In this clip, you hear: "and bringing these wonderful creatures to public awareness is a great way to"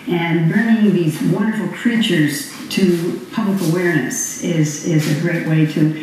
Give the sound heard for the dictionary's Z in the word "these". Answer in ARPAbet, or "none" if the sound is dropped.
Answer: Z